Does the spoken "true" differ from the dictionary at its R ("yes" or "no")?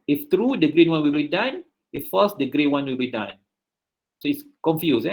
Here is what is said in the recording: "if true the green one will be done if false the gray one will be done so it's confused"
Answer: no